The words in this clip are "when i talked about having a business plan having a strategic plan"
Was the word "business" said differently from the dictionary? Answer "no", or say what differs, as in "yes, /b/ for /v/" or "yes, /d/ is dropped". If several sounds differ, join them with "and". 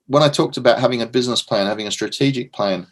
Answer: no